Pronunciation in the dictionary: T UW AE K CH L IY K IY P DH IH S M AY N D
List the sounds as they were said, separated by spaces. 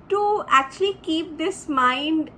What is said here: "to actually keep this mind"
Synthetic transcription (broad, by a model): T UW AE K CH L IY K IY P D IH S M AY N D